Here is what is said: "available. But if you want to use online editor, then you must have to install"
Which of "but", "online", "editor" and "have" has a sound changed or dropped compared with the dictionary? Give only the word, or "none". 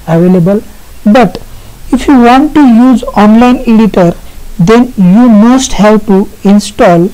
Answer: have